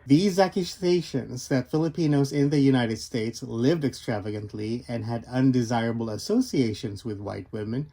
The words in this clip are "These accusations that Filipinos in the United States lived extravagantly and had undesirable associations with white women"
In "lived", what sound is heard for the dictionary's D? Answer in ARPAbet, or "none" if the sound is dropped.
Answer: D